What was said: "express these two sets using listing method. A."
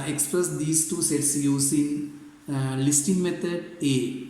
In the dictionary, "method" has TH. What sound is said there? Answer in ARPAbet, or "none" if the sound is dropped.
T